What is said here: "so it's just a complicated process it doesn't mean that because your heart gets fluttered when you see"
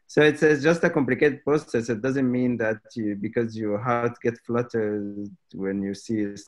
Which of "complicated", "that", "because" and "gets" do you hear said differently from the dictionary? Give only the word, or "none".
gets